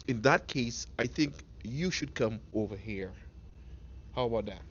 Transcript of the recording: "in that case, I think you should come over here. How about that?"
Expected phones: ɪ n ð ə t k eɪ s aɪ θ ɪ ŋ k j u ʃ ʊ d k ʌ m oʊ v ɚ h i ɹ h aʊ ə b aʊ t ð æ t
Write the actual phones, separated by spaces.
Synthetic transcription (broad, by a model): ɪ n ð ə t k eɪ s aɪ θ ɪ ŋ k j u ʃ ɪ d k ʌ m oʊ v ɚ h i ɹ h aʊ ə b aʊ t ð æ t